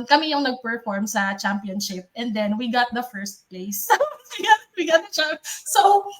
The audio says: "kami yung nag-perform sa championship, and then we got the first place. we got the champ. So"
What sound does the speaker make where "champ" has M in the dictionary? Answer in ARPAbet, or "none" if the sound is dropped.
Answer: none